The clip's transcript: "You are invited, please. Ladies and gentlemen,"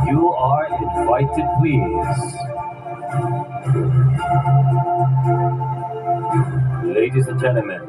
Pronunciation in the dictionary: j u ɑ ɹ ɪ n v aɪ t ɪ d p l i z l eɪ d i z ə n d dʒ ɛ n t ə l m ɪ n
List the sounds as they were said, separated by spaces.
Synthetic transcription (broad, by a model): j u ɑ ɹ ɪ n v aɪ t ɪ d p w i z l eɪ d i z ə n dʒ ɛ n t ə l m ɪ n